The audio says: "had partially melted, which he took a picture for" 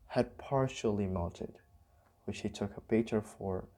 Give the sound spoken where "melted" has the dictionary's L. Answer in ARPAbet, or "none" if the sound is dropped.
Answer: N